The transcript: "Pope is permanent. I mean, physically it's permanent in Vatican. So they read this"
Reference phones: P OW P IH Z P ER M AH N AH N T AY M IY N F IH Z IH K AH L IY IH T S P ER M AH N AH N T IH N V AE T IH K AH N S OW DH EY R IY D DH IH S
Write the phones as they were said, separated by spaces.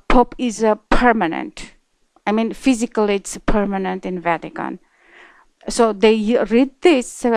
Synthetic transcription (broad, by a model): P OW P IH Z P ER M AH N AH N T AY M IY N F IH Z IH K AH L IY IH T S P ER M AH N AH N T IH N V AE T IH K AH N S OW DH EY R IY D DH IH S